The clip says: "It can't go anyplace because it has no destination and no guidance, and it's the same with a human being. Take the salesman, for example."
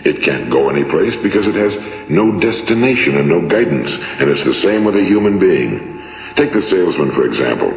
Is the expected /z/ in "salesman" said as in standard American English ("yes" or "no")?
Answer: yes